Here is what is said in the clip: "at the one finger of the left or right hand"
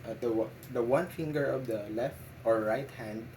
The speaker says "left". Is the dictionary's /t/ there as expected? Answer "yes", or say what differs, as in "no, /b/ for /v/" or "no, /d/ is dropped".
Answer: yes